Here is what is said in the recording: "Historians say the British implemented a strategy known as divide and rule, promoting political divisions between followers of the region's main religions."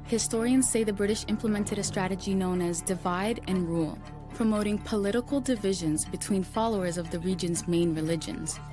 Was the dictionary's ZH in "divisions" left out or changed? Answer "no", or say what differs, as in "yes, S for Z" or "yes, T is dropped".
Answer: no